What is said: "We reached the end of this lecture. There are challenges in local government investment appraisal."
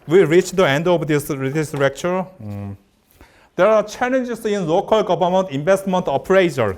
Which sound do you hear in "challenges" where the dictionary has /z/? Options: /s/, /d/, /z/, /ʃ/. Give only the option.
/s/